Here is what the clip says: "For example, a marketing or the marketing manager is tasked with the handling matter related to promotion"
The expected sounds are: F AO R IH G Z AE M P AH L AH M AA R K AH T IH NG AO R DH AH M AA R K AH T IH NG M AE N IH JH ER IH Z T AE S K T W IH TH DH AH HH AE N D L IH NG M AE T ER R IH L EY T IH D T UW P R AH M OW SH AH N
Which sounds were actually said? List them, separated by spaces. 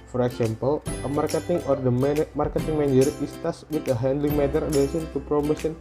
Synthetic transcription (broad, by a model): F AO R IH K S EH M P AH L AH M AA R K AH T IH NG AO R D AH M AA R K AH T IH NG M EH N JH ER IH S T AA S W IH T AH HH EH N D L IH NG M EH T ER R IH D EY S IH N T UW P R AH M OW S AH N